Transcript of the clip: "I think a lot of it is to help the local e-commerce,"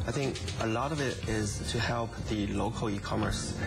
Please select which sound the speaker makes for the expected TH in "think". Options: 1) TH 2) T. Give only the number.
1